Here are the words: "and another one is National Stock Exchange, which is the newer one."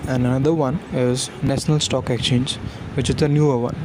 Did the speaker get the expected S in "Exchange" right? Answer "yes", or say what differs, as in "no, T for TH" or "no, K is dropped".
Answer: no, S is dropped